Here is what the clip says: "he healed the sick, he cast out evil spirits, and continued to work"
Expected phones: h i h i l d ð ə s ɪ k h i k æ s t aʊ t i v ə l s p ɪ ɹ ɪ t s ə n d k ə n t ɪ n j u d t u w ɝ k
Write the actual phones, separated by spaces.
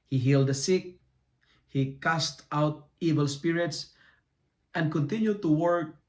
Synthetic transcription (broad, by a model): h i h i l d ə s ɪ k h i k æ s t aʊ t i v ə l s p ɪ ɹ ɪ t s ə n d k ə n t ɪ n j u d t u w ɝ k